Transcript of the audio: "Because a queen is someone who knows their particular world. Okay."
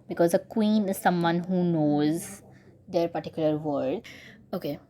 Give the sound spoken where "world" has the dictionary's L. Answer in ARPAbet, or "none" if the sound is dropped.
none